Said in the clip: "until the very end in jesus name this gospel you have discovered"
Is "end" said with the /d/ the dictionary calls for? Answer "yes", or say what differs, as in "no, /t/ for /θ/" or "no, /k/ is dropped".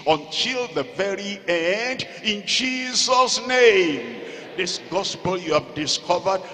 yes